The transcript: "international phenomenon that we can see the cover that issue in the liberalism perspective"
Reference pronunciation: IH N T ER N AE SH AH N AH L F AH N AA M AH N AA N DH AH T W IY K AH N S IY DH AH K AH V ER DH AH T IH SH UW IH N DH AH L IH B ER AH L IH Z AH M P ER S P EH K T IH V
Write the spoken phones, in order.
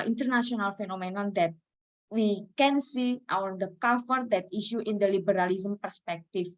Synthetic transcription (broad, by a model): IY N T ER N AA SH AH N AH L F AH N AA M AH N AA N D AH T W IY K AH N S IY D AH K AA F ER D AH T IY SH UW IH N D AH L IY B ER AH L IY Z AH M P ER S P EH K T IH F